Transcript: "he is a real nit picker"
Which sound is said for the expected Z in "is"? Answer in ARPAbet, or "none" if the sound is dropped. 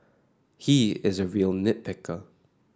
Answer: Z